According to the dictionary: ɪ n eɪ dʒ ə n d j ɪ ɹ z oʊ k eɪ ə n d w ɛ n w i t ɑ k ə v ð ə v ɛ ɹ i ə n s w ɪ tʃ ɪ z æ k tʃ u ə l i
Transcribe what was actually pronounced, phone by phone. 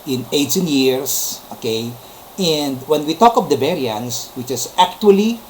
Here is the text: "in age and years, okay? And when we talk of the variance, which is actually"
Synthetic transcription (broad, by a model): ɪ n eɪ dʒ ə n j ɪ ɹ s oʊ k eɪ ə n d w ɛ n w i t ɑ k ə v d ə b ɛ ɹ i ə n s w ɪ tʃ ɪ s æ k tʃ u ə l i